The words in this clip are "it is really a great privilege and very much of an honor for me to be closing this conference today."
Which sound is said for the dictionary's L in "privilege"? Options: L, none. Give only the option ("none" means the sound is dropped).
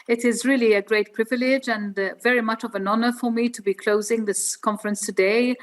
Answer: L